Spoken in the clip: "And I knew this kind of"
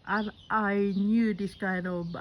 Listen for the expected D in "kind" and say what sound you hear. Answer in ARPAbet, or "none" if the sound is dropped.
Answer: none